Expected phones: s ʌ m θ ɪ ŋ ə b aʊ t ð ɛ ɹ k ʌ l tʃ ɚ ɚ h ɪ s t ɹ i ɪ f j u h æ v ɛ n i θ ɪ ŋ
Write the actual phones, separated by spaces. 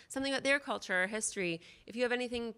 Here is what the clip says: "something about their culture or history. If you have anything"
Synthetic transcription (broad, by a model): s ʌ m θ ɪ ŋ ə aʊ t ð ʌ ɹ k ʌ l tʃ ɚ ɚ h ɪ s t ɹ i ɪ f j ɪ v ɛ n i θ ɪ ŋ